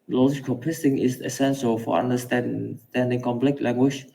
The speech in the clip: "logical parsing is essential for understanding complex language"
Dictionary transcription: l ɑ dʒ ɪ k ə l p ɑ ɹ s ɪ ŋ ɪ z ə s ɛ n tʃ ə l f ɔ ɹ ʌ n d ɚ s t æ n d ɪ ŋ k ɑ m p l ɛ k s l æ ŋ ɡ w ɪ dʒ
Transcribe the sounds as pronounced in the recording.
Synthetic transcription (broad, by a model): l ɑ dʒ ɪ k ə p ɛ s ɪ ŋ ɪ s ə s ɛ n s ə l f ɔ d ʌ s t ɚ s t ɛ n d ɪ ŋ k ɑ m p l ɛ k l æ ŋ ɡ w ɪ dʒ